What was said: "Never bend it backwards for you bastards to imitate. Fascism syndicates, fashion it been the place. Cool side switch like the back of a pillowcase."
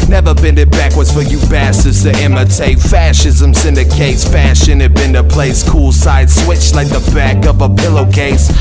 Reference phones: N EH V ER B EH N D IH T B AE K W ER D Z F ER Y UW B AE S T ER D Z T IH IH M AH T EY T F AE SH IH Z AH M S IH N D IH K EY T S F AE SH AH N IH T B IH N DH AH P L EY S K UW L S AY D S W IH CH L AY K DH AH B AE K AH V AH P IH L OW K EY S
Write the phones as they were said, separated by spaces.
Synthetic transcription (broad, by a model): N EH V ER B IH N IH T B AE K W ER D Z F ER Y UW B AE S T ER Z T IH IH M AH T EY F AE SH IH Z AH M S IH N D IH K EY S F AE SH AH N IH T B IH N DH AH P L EY S K UW L S AY D S W IH CH L AY K DH AH B AE K AH V AH P IH L OW K EY S